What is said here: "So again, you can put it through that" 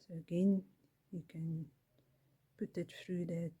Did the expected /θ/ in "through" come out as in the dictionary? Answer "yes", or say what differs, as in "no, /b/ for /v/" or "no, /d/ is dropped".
no, /f/ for /θ/